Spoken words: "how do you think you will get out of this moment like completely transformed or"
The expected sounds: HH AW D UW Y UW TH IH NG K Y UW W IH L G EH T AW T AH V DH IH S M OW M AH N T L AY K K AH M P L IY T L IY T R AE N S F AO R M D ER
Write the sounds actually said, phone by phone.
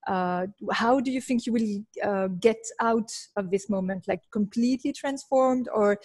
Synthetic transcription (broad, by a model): HH AW D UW Y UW TH IH NG K Y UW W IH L G EH T AW T AH V DH IH S M OW M AH N T L AY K K AH M P L IY T L IY T R AE N S F AO R M D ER